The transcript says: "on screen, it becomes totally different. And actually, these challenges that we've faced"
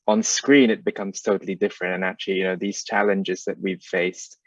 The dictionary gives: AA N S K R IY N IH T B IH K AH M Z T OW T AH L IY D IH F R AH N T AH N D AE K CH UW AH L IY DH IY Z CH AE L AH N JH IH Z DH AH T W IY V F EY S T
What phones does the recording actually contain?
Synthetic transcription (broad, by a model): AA N S K R IY N IH T B IH K AH M Z T OW T L IY D IH F R AH N T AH N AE K CH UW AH N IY DH IY Z CH AE L AH N JH IH Z DH AH T W IY V F EY S T